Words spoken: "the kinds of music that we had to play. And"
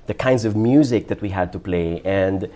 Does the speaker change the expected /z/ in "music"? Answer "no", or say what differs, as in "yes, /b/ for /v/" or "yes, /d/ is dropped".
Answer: no